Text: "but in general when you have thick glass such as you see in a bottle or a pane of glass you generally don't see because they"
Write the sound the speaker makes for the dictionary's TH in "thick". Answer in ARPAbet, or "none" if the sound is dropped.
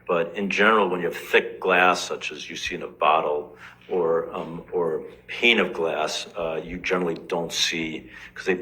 TH